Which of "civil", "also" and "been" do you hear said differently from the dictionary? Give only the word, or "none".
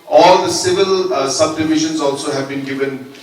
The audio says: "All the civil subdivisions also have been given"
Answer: none